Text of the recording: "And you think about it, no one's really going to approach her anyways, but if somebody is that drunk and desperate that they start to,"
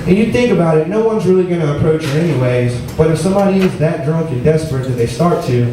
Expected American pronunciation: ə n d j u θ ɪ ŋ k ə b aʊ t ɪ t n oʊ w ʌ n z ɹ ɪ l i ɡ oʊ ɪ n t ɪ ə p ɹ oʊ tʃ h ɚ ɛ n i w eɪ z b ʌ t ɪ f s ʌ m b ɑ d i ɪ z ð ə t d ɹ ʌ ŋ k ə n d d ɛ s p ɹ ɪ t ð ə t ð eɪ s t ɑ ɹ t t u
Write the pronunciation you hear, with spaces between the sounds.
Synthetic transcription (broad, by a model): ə n j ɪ θ ɪ ŋ k ə b aʊ t ɪ t n oʊ w ʌ n z ɹ ɪ l i ɡ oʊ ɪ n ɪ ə p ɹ oʊ tʃ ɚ ɛ n i w eɪ z b ʌ t ɪ f s ʌ m b ɑ d i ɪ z ð ə t d ɹ ʌ ŋ k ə n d d ɛ s p ɹ ɪ t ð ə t ð eɪ s t ɑ ɹ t t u